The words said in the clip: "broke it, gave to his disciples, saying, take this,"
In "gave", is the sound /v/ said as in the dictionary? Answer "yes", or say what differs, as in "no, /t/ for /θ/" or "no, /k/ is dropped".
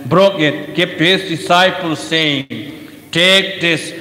no, /p/ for /v/